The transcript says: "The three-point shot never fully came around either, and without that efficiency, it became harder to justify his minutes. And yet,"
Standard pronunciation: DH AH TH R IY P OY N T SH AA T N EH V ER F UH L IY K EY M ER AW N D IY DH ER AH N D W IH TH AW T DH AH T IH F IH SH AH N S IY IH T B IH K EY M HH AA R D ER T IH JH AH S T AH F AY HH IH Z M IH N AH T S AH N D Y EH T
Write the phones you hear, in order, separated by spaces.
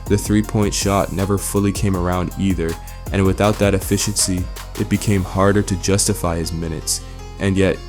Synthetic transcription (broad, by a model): DH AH TH R IY P OY N T SH AA T N EH V ER F UH L IY K EY M ER AW N D IY DH ER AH N W IH TH AW T DH AH T IH F IH SH AH N S IY IH T B IH K EY M HH AA R D ER T IH JH AH S T AH F AY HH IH Z M IH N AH T S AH N Y EH T